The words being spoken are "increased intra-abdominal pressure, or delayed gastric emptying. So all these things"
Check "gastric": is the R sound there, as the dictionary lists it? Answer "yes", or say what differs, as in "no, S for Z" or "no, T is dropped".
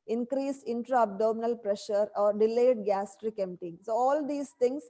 yes